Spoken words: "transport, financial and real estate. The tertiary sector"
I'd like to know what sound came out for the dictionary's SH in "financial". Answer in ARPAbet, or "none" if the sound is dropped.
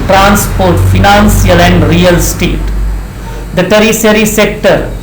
S